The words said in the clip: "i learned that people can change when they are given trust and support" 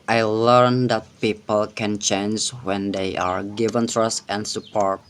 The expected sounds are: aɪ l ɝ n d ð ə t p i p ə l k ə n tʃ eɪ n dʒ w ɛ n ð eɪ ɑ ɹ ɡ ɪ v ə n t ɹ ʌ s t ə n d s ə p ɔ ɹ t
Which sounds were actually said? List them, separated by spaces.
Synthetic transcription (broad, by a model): aɪ l ɝ n d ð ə t p i p ə l k ə n tʃ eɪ n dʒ w ɛ n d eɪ ɑ ɹ ɡ ɪ v ə n t ɹ ʌ s t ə n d s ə p ɔ ɹ t